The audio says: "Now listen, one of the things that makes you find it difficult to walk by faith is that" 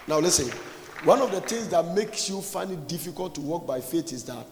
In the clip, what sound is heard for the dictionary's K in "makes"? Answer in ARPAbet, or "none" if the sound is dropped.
K